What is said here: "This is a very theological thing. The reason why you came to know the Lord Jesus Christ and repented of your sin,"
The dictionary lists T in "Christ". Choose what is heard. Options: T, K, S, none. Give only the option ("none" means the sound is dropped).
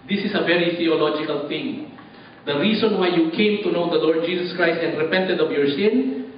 T